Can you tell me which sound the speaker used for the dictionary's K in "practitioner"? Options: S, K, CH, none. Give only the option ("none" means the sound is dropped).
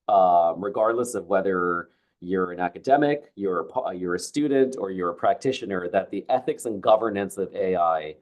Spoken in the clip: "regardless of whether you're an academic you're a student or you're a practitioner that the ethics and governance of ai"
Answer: K